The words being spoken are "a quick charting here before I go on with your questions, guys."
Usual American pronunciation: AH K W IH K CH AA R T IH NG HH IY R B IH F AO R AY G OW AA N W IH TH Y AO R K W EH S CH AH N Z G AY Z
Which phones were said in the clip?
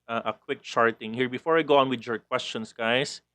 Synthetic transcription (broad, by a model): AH K W IH K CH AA R T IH NG HH IY R B IH F AO R AY G OW AA N W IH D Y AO R K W EH S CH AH N S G AY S